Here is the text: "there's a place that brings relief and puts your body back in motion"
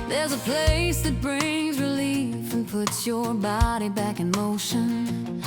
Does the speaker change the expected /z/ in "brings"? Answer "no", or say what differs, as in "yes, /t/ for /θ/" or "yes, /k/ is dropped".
no